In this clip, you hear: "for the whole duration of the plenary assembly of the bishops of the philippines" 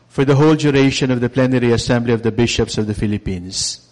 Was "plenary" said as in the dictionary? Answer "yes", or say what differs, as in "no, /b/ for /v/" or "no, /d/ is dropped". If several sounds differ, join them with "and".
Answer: yes